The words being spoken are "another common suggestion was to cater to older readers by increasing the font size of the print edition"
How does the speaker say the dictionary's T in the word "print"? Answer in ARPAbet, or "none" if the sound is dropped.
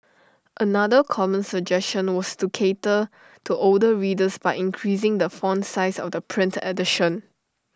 T